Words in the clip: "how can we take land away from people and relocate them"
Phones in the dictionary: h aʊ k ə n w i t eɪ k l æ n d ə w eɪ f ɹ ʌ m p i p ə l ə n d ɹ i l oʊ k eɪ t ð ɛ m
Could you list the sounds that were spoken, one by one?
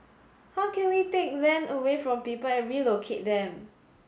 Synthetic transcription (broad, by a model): h aʊ k ə n w i t eɪ k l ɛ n ə w eɪ f ɹ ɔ m p i p ə l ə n ɹ i l oʊ k eɪ t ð ɛ m